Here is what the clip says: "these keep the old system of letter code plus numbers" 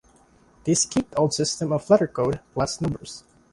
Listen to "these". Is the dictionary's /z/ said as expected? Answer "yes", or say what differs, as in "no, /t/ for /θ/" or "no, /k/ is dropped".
no, /s/ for /z/